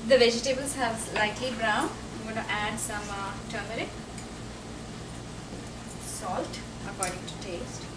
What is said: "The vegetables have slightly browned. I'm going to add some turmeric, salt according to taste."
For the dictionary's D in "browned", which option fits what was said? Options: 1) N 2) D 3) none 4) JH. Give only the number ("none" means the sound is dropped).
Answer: 3